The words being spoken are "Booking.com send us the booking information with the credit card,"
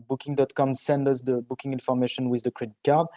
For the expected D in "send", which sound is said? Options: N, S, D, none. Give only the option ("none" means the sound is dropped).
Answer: D